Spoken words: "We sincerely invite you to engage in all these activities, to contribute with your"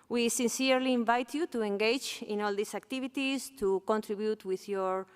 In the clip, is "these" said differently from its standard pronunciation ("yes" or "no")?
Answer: yes